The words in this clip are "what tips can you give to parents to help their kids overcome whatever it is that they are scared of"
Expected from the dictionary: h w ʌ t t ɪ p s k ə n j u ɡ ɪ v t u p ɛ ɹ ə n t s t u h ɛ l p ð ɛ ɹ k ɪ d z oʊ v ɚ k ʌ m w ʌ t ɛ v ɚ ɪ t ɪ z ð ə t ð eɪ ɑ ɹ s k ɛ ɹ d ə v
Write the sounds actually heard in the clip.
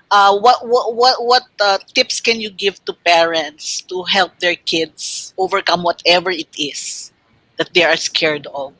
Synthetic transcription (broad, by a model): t w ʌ t t ɪ p s k ə n j u ɡ ɪ v t u p ɛ ɹ ə n t s t u h ɛ l p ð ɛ ɹ k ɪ d s oʊ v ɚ k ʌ m w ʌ t ɛ v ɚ ɪ t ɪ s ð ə t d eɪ ɑ ɹ s k ɛ ɹ d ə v